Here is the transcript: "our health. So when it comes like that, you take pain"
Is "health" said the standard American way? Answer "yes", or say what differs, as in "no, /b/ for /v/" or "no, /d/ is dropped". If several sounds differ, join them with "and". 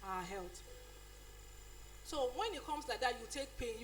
no, /t/ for /θ/